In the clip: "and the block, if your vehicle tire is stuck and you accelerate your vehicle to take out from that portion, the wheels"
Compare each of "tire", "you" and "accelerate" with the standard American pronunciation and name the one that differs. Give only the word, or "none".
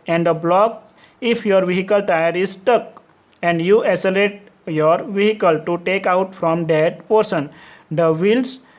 accelerate